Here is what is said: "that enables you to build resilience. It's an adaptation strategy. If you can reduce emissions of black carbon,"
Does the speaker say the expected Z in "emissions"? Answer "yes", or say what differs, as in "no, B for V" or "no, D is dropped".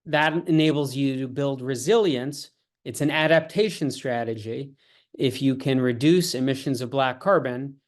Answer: yes